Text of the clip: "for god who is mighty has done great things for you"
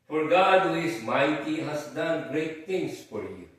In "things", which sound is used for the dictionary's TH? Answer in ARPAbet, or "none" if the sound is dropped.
T